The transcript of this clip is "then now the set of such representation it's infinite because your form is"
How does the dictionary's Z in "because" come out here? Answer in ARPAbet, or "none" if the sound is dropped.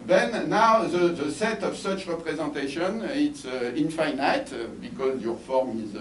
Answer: Z